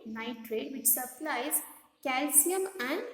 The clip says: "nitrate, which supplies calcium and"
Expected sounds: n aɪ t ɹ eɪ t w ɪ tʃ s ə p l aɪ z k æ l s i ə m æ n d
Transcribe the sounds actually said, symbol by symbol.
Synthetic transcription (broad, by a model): n aɪ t ɹ eɪ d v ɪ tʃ s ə p l aɪ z k æ l s i ə m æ n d